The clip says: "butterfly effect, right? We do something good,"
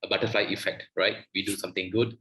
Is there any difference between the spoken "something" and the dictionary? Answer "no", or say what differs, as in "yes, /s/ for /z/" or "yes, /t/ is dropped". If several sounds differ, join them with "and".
yes, /t/ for /θ/